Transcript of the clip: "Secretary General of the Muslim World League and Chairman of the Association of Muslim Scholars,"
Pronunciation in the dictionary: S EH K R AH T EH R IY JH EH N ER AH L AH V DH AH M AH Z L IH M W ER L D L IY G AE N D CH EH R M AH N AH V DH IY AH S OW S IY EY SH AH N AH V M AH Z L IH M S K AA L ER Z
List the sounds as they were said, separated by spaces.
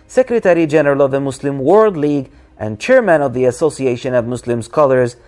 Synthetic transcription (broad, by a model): S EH K R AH T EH R IY JH EH N ER AH L AH V DH AH M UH S L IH M W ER L D L IY G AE N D CH EH R M AH N AH V DH IY AH S OW S IY EY SH AH N AH V M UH S L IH M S K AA L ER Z